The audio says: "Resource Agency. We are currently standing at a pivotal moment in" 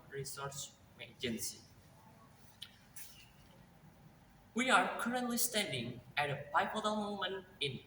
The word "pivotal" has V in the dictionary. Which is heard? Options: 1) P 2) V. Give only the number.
1